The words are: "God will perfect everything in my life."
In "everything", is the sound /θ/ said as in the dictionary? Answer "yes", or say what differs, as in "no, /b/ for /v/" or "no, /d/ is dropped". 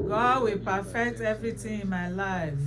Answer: no, /t/ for /θ/